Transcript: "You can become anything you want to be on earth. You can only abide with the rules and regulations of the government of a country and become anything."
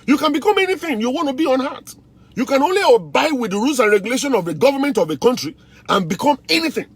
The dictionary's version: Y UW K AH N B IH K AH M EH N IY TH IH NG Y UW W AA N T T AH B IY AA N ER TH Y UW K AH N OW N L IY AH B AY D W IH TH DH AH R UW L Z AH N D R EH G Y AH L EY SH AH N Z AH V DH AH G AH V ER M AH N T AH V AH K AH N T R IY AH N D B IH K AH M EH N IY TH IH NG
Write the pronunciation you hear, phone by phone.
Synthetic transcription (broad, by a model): Y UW K AH N B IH K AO M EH N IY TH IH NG Y UW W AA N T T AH B IY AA N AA T Y UW K AH N OW N L IY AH B AY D W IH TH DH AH R UW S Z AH N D R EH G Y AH L EY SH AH N AH V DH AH G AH V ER M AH N T AH V AH K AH N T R IY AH N B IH K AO M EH N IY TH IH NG